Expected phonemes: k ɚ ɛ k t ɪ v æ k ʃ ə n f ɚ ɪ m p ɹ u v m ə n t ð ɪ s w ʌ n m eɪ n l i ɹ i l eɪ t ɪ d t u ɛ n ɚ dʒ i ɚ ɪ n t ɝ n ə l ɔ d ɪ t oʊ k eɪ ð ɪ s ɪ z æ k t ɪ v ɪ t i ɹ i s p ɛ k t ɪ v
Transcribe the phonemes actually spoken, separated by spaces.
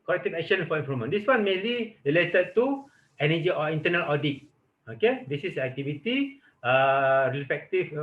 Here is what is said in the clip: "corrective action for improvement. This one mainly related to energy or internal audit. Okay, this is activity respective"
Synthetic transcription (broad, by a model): k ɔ ɛ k t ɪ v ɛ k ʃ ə n f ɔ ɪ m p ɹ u m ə n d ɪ s w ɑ n m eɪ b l i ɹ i l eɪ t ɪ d t u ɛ n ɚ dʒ i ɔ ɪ n t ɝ n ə l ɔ d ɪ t oʊ k eɪ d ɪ s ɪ s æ k t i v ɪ t i ɹ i s p ɛ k t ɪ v